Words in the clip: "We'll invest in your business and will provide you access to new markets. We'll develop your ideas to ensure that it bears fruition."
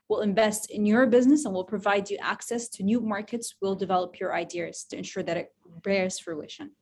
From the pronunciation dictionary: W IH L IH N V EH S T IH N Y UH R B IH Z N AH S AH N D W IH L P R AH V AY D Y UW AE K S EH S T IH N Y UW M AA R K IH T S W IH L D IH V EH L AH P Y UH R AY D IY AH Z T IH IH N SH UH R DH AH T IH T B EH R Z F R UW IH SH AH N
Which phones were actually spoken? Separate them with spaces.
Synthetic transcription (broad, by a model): W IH L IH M V EH S T IH N Y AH R B IH Z N AH S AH N W IH L P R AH V AY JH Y AE K S EH S T IH N Y UW M AA R K IH T S W IH L D IH V EH L AH P Y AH R AY D IY AH Z T IH IH N SH UH R DH AH T IH T B EH R Z F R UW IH SH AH N